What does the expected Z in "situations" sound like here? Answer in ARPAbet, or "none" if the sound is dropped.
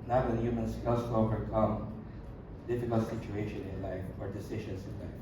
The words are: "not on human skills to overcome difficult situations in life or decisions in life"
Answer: none